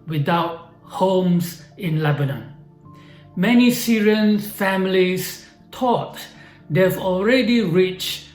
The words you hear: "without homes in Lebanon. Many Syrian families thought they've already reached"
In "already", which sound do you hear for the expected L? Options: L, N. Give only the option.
L